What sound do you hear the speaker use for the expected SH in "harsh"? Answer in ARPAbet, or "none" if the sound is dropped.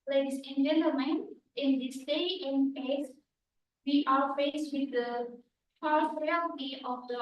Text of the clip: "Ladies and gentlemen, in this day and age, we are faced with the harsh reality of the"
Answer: S